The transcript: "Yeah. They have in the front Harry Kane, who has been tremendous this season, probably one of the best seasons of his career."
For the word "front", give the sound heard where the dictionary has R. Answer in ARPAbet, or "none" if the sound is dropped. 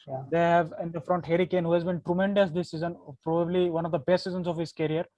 R